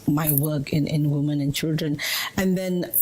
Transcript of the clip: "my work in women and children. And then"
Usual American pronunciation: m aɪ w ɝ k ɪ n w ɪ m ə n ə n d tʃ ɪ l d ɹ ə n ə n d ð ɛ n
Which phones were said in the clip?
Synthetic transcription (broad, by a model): m aɪ w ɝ k ɪ n w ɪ m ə n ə n tʃ ɪ l d ɹ ə n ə n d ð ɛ n